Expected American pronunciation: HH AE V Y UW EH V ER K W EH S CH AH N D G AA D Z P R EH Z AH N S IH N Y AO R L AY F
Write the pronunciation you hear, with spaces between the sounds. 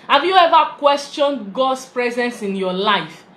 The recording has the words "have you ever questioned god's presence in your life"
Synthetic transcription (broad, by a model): HH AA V Y UW EH V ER K W EH S CH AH N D G AA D S P R EH Z AH N S IH N Y AO L AY F